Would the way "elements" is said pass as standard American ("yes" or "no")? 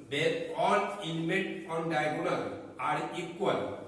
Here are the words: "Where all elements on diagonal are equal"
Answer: no